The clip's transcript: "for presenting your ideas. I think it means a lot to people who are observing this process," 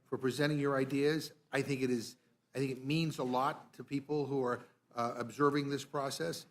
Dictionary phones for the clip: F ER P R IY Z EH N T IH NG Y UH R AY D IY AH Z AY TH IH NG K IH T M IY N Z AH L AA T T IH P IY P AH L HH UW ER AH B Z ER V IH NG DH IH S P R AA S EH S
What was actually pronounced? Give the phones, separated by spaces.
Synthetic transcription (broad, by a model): F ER P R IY Z EH T IH NG Y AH R AY D IY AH Z AY TH IH NG K IH T M IY N Z AH L AA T T IH P IY P L HH UW ER AH B Z ER V IH NG DH IH S P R AA S EH S